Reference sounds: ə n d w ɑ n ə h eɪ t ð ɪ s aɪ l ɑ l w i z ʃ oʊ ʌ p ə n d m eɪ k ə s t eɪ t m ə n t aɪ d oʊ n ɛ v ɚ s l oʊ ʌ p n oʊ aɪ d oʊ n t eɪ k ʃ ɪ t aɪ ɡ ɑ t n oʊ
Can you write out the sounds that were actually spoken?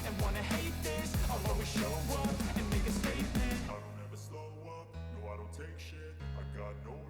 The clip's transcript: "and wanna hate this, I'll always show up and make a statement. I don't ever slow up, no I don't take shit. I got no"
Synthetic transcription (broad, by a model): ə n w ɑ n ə h eɪ t ð ɪ s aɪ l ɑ w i ʃ oʊ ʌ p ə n m eɪ k ə s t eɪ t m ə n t aɪ d oʊ n ɛ v ɚ s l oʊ ʌ p n oʊ aɪ d oʊ n t eɪ k ʃ ɪ t aɪ ɡ ɑ t n oʊ